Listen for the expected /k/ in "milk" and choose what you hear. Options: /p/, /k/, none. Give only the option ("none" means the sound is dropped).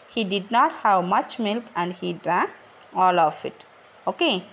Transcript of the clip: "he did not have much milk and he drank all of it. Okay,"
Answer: /k/